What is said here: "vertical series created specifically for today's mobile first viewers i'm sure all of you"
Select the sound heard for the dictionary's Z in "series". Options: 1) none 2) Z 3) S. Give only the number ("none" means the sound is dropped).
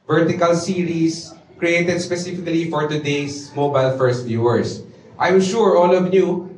3